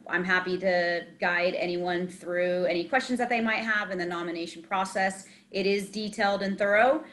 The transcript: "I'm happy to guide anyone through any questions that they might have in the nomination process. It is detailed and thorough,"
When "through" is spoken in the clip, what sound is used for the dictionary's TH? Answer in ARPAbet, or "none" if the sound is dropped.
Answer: TH